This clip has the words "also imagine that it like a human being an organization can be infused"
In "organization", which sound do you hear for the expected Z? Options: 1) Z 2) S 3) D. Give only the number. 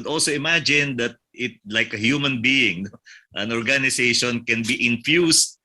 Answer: 2